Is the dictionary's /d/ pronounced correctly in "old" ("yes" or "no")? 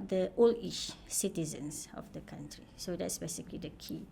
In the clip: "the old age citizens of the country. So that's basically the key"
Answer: no